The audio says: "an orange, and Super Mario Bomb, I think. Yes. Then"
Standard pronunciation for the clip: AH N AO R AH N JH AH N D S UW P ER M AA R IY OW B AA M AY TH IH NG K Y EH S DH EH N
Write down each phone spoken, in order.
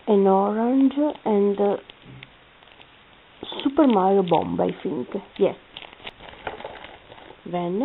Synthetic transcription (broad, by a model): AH N AO R AH N JH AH N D S UW P ER M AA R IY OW B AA M AY F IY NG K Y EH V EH N